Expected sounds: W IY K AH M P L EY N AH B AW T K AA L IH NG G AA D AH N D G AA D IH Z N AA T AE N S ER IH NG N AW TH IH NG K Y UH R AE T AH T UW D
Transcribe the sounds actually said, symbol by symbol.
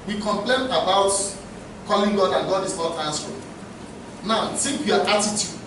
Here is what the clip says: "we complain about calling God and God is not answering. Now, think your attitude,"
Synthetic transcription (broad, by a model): W IY K AH M P L EY N AH B AW T K AA L IH NG G AA D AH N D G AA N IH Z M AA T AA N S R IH N AW S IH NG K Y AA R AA T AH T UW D